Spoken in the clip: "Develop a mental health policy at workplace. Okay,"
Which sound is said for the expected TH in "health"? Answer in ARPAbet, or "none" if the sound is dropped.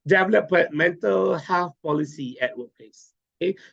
F